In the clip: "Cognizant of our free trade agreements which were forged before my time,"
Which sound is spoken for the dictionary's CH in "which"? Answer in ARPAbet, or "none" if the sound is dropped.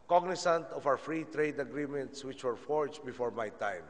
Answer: CH